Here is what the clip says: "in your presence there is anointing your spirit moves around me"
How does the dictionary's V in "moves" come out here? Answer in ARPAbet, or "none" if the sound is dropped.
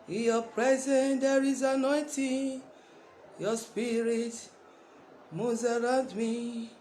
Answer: none